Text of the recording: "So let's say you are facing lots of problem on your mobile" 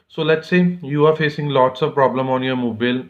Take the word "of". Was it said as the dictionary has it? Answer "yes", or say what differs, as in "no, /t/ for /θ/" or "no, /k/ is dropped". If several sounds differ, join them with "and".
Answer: yes